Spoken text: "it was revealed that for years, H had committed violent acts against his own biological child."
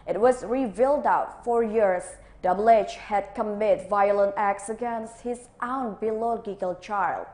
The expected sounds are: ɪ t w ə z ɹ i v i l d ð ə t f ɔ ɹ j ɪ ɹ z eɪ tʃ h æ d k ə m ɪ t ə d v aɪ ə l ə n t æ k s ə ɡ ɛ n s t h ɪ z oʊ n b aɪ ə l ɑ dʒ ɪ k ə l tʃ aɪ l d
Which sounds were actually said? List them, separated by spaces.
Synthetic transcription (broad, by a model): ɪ t w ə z ɹ i v i l d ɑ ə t f ɔ ɹ j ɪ ɹ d eɪ tʃ h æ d k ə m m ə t v aɪ ə l ə n t æ k s ə ɡ ɛ n s t h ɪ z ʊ n b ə l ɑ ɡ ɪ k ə l tʃ aɪ l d